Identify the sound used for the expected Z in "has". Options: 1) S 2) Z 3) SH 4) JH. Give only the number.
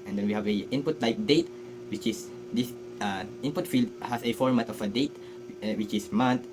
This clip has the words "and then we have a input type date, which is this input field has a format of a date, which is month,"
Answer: 1